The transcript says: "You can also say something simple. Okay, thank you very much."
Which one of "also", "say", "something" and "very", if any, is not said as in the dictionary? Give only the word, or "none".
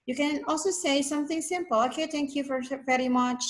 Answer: very